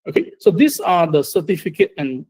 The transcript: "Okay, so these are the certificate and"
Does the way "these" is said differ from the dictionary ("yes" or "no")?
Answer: yes